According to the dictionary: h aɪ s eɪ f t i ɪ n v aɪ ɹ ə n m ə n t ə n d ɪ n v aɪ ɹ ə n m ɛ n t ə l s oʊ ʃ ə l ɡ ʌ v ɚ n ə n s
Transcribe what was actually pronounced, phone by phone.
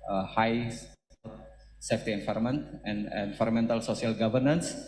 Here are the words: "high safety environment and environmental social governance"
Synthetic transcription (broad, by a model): h aɪ s eɪ f t i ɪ n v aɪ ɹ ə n m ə n t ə n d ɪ n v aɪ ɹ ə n m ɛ n t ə l s oʊ s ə l ɡ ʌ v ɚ n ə n s